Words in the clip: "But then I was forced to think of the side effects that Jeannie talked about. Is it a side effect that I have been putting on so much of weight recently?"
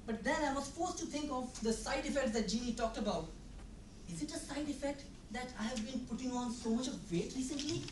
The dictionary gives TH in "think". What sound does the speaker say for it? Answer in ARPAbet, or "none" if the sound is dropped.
T